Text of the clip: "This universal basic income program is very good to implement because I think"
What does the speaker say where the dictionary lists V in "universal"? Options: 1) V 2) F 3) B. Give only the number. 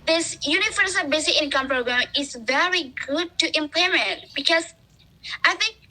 2